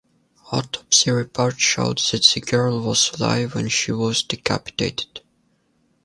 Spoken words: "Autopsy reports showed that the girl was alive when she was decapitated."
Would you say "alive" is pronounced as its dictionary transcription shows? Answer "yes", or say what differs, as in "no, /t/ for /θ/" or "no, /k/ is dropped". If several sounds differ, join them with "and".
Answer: yes